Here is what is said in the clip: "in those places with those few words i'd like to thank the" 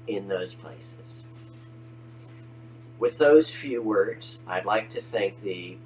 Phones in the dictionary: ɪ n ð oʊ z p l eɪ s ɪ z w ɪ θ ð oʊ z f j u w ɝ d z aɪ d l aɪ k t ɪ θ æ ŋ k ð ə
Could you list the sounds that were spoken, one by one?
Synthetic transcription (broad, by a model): ɪ n ð oʊ z p l eɪ s ɪ z w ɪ ð oʊ z f j u w ɝ d z aɪ d l aɪ k t ɪ θ æ ŋ k ð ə